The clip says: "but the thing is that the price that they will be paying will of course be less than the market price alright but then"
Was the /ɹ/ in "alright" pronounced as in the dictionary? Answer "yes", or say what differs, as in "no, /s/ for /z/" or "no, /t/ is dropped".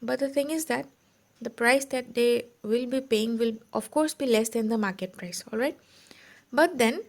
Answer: yes